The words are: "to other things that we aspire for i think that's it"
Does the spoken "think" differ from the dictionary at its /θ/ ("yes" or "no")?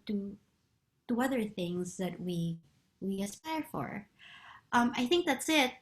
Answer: no